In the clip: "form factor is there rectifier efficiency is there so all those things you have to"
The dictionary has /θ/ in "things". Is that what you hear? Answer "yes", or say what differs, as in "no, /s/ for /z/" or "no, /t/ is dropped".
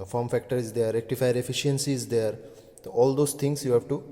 no, /t/ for /θ/